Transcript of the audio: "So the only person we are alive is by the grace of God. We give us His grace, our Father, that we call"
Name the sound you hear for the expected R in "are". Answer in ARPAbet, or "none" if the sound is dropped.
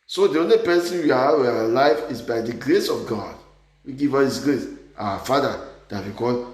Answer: W